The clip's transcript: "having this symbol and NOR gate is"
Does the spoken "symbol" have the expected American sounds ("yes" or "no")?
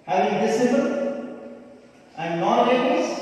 no